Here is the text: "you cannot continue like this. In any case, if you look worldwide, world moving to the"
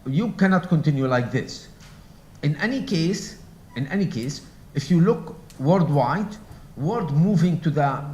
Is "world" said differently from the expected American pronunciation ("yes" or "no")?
yes